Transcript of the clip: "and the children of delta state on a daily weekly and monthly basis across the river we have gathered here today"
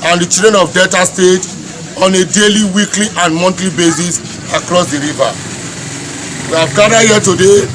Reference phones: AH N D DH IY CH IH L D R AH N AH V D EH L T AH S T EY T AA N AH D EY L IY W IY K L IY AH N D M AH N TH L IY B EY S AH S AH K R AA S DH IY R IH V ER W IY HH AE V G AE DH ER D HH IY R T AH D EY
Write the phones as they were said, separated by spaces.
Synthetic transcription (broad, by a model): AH N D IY CH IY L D R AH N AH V D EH T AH S T EY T AA N AH D EY L IY W IY K L IY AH N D M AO N T L IY B EY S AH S AH K R AA S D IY R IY V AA W IY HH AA V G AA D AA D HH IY T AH D EY